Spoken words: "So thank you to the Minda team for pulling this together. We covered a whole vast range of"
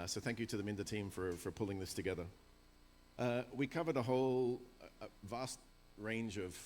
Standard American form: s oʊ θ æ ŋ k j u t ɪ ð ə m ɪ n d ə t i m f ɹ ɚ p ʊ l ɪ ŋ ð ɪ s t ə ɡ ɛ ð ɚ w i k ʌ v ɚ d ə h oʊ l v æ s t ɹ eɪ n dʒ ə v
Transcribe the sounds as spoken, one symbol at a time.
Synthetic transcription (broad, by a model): s oʊ θ æ ŋ k j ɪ t ɪ ð ə m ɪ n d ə t i m f ɹ ɚ p ʊ l ɪ ŋ ð ɪ s t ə ɡ ɛ ð ɚ w i k ʌ v ɚ d ə h oʊ l v æ s t ɹ eɪ n dʒ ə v